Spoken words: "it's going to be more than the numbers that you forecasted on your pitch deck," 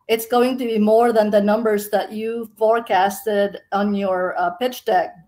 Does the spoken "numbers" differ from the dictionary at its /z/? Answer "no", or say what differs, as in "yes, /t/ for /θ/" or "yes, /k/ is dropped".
no